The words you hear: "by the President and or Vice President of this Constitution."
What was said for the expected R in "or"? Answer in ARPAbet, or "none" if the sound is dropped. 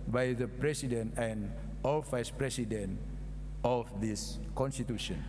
L